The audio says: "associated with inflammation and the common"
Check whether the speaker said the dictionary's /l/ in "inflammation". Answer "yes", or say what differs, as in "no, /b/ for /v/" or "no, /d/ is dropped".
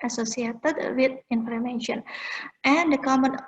no, /l/ is dropped